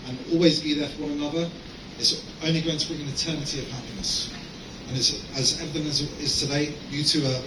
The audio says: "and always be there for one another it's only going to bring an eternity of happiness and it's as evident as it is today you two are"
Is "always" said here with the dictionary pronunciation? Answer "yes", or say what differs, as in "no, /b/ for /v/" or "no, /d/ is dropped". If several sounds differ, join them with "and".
yes